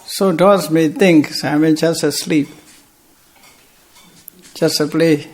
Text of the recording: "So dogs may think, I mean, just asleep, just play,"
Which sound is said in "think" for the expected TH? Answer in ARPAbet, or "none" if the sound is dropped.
T